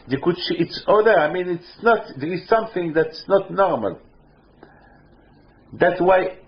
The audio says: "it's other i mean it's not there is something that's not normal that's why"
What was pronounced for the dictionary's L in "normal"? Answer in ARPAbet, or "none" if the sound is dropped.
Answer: L